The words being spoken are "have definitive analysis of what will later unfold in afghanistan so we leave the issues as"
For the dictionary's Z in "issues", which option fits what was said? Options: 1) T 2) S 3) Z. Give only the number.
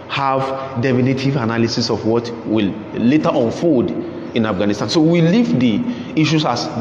2